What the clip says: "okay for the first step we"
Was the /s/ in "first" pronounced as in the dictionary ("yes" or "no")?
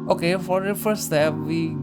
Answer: no